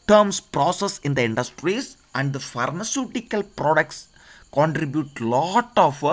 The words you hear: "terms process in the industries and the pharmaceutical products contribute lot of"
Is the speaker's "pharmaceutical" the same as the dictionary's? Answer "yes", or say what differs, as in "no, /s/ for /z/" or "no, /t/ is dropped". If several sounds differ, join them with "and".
yes